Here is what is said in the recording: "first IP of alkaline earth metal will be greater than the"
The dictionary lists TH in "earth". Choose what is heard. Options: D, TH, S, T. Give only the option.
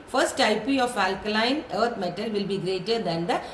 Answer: T